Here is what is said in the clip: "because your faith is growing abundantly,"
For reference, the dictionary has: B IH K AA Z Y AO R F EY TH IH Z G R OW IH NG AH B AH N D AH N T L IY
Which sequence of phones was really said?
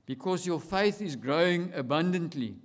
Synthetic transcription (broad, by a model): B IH K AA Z Y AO F EY TH IH Z G R OW IH NG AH B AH N D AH N T L IY